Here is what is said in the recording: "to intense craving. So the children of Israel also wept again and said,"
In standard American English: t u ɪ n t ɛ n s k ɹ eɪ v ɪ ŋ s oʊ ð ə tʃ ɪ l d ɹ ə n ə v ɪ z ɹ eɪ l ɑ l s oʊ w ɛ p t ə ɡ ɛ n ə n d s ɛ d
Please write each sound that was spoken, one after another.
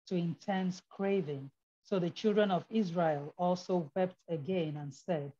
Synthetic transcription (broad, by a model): t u ɪ n t ɛ n s k ɹ eɪ v ɪ ŋ s oʊ ð ə tʃ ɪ l d ɹ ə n ə v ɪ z ɹ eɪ l ɑ l s oʊ w ɛ p t ə ɡ ɛ n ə n s ɛ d